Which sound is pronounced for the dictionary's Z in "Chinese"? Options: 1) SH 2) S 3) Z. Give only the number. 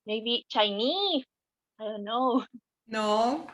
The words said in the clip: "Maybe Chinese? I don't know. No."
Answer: 2